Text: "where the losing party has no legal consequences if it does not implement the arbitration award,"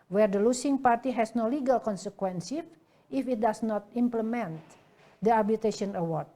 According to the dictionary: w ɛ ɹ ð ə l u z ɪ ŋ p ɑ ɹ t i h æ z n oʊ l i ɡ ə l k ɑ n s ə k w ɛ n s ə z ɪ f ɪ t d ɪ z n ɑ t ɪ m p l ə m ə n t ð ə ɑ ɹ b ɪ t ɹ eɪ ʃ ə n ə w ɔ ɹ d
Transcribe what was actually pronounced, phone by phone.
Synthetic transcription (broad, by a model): w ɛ ɹ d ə l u s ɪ ŋ p ɑ ɹ t i h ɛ s n oʊ l i ɡ ə l k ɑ n s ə k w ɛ n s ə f ɪ f ɪ t d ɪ s n ɑ t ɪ m p l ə m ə n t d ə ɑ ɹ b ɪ t eɪ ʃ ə n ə w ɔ ɹ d